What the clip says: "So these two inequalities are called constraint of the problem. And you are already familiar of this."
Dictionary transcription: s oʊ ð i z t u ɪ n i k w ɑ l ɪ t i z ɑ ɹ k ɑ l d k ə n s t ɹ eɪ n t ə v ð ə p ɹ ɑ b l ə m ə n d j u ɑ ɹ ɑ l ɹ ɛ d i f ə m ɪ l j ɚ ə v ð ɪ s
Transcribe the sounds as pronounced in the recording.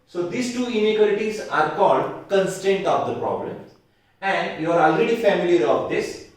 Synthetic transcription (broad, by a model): s oʊ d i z t u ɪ n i k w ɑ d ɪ t i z ɑ ɹ k ɑ l d k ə n s t eɪ n t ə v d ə p ɹ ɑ b l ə m ə n d j u ɑ ɹ ɑ l ɹ ɛ d i f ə m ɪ l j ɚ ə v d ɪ s